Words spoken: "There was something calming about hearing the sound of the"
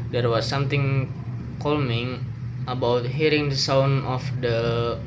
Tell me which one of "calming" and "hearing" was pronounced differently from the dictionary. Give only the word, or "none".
none